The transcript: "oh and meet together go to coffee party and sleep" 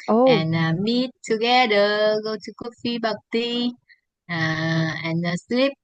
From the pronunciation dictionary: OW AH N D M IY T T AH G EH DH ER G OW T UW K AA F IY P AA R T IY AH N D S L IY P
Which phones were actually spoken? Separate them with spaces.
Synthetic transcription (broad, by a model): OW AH N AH M IY T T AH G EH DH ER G OW T UW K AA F IY B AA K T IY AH N S L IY P